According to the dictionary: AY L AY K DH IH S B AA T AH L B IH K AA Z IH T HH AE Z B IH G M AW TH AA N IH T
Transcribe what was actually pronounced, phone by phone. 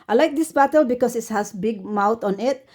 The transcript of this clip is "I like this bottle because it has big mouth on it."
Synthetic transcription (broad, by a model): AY L AY K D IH S B AA T AH L B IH K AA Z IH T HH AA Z B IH G M AW T AA N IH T